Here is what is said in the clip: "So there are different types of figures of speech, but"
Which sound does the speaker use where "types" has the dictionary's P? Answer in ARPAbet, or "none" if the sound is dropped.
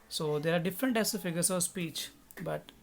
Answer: none